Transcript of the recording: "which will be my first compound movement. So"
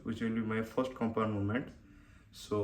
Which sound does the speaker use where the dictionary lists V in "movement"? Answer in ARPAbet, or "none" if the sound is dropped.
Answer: none